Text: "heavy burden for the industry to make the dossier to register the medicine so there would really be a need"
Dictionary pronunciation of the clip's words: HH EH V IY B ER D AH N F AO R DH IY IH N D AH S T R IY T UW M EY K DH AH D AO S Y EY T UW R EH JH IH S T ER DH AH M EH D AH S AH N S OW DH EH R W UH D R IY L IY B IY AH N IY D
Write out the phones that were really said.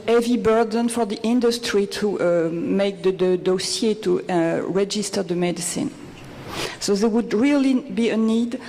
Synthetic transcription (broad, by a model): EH V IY B ER D AH N F AO R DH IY IH N D AH S T R IY T UW M EY K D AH D AO S Y EY T UW R EH JH IH S T ER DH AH M EH D AH S AH N S OW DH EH W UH D R IY L IY B IY AH N IY D